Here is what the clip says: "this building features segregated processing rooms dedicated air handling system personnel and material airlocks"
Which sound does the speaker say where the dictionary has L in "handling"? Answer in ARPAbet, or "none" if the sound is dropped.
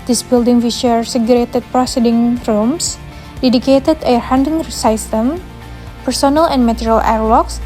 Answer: none